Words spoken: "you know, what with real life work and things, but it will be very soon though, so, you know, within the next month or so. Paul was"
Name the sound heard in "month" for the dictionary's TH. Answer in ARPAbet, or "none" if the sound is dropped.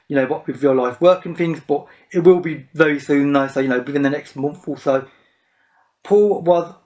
TH